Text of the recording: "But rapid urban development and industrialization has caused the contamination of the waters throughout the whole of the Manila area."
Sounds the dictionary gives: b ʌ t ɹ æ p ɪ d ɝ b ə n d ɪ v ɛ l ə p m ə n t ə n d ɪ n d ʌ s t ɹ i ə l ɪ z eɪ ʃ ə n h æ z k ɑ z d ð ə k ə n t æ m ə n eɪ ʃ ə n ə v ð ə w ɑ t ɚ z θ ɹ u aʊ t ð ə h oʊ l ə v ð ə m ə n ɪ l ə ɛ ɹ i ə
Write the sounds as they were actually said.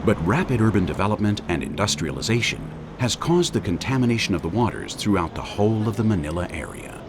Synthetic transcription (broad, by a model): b ʌ t ɹ æ p ɪ d ɝ b ə n d ɪ v ɛ l ə p m ə n t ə n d ɪ n d ʌ s t ɹ i ə l ɪ z eɪ ʃ ə n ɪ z k ɑ z ð ə k ə n t æ m ə n eɪ ʃ ə n ə v ð ə w ɑ t ɚ z θ ɹ u aʊ t ð ə h oʊ l ə v ð ə m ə n ɪ l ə ɛ ɹ i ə